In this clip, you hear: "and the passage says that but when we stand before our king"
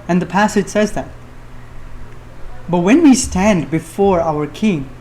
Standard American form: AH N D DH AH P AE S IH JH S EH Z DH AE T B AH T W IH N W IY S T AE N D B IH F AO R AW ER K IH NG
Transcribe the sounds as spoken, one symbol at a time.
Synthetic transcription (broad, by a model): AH N DH AH P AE S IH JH S EH Z DH AE T B AH T W IH N W IY S T AE N D B IH F AO R AW ER K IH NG